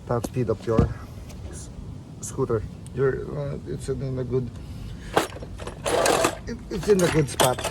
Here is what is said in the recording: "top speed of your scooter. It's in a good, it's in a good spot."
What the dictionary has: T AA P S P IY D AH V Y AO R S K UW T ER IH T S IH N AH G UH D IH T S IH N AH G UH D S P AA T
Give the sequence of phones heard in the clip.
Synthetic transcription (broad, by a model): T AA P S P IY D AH P Y AO R S K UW T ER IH T S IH N AH G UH D IH T S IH N AH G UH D S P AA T